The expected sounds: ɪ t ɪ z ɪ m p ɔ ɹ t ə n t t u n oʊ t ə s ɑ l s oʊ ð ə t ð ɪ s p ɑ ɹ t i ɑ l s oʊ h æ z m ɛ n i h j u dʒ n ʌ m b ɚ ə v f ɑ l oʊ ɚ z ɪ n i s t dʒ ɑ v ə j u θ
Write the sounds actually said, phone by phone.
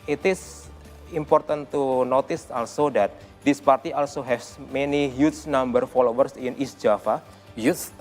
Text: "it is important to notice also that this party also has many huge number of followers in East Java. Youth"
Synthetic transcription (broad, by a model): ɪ t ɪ s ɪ m p ɔ ɹ t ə n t t u n oʊ t ə s ɑ l s oʊ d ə t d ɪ s p ɑ ɹ t i ɑ l s oʊ h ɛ s m ɛ n i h j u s n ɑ m b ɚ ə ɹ f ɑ l oʊ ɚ s ɪ n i s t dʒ ɑ f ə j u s